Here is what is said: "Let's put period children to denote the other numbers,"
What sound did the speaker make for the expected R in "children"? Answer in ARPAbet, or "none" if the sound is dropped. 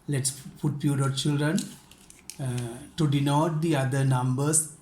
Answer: R